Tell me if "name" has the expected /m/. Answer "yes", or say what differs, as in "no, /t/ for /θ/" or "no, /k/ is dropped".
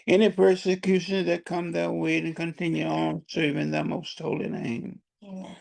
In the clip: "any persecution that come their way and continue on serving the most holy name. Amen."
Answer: no, /m/ is dropped